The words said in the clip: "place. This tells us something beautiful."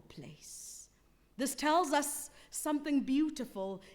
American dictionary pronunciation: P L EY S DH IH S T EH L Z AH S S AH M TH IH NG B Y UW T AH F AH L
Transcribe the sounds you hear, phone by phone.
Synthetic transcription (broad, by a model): P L EY S DH IH S T EH L Z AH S S AH M TH IH NG B Y UW T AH F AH L